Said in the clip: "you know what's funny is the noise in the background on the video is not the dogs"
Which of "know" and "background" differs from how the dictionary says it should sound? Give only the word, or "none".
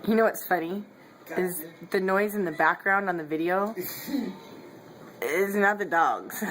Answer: none